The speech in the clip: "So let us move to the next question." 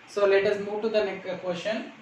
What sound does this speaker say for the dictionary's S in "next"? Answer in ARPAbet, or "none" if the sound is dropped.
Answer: none